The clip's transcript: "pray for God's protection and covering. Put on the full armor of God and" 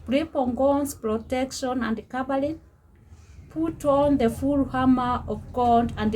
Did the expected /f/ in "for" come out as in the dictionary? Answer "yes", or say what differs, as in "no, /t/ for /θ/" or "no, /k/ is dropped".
no, /p/ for /f/